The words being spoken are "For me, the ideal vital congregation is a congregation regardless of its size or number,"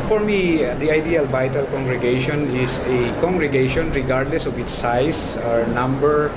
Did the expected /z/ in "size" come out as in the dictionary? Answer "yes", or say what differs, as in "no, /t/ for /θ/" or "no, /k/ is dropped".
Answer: no, /s/ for /z/